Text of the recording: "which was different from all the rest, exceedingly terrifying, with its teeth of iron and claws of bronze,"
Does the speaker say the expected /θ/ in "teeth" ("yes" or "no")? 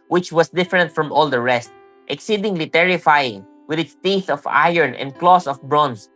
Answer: yes